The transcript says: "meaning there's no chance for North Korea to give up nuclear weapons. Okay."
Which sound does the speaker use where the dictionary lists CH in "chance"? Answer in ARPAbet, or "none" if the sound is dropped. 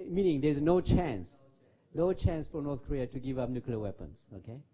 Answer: CH